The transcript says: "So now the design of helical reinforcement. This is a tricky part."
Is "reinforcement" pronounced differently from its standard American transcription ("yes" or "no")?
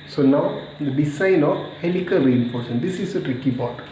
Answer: yes